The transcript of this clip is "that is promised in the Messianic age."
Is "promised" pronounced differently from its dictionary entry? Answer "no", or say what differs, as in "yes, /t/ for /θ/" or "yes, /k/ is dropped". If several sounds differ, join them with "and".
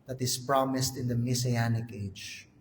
no